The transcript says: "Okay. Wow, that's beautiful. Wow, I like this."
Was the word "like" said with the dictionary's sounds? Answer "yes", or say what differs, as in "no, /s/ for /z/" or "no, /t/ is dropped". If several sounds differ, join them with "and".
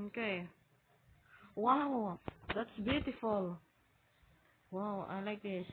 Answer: yes